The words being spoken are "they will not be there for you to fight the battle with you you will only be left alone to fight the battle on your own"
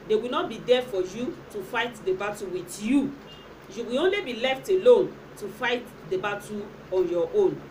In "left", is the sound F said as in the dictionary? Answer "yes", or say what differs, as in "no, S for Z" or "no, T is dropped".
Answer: yes